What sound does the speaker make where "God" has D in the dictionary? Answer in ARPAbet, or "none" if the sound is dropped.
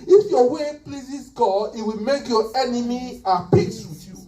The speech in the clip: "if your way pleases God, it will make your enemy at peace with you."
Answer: none